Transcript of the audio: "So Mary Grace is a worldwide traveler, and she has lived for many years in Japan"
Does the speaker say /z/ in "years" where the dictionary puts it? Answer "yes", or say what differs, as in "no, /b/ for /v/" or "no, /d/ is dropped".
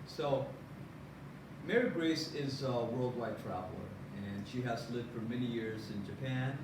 yes